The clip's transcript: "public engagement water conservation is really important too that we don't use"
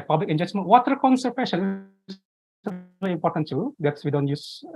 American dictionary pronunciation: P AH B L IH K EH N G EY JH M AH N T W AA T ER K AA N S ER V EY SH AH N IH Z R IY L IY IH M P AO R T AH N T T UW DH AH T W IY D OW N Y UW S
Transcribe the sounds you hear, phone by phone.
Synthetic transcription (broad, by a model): P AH B L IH K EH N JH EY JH M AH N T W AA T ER K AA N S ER P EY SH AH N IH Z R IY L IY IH M P AO R T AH N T T UW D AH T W IY D OW N Y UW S